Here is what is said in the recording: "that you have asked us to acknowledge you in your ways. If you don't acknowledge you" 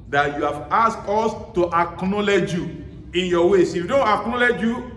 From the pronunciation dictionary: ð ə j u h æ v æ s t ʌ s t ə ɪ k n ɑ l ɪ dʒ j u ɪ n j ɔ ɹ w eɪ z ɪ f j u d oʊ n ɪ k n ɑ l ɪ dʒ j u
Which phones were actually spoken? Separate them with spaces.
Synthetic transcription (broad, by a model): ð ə j u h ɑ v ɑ s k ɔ s t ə ɪ k n ɑ l ɪ dʒ j u ɪ n j ɔ w eɪ s ɪ f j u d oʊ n ɪ k n ɑ l ɪ dʒ j u